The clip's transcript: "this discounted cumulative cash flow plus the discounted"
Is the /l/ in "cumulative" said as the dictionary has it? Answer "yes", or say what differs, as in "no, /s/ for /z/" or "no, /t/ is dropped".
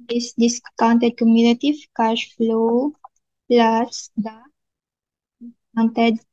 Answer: no, /n/ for /l/